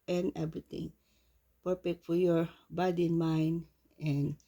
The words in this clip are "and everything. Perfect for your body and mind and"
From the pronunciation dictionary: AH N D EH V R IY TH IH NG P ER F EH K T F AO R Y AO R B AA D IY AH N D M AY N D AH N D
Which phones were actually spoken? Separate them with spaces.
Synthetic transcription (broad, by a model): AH N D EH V R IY T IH NG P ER P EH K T F AO R Y AO R B AA D IY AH N M AY N D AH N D